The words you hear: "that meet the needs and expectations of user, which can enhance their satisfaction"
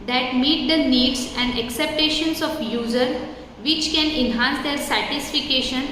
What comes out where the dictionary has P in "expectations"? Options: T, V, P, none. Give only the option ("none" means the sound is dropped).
none